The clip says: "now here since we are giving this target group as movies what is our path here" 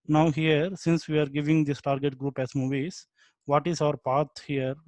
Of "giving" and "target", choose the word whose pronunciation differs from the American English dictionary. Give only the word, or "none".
none